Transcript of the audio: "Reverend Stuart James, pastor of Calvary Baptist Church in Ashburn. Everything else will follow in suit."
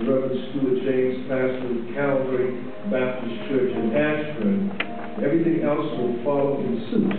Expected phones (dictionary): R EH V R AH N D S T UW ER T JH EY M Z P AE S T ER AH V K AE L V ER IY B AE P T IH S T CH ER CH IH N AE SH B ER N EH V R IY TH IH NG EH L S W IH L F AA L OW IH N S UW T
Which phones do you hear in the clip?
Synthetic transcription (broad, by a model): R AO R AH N S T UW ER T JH EY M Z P AE S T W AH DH K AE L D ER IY B AE P T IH S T CH ER CH IH N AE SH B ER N EH V R IY TH IH NG EH L S W IH L F AA L OW IH N S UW